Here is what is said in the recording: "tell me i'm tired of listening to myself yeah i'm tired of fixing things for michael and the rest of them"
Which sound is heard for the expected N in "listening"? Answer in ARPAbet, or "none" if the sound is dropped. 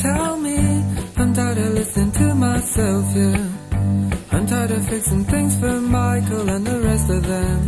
none